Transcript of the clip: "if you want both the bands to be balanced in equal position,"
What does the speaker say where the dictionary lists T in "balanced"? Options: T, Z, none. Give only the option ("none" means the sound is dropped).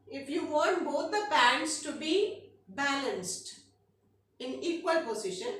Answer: T